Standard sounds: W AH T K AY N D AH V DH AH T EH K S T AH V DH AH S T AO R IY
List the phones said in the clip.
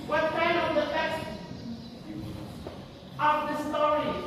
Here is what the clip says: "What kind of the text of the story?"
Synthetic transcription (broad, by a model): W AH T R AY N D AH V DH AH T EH S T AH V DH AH S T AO R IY